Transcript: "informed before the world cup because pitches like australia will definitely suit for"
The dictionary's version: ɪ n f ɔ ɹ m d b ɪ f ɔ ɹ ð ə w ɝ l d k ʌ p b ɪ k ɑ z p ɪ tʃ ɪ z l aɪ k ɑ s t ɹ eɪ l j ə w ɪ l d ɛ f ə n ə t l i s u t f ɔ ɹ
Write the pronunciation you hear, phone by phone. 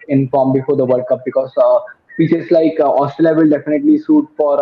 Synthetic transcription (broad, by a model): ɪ n f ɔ ɹ m b ɪ f ɔ ɹ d ə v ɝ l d k ʌ p b ɪ k ɑ z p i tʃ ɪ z l aɪ k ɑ s t eɪ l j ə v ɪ l d ɛ f ə n ə t l i s u t f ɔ ɹ